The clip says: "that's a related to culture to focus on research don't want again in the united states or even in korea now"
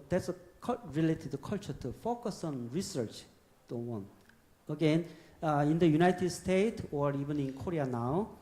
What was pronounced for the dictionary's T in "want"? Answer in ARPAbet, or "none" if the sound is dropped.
none